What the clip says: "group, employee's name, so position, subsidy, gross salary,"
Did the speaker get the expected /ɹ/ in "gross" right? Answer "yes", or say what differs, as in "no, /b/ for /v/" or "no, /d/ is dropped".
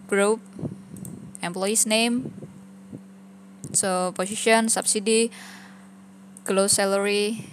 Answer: no, /l/ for /ɹ/